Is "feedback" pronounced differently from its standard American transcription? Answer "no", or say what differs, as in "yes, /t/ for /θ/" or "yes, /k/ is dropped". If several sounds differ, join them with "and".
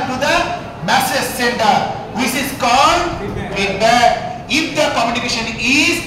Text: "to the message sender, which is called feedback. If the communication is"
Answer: yes, /k/ is dropped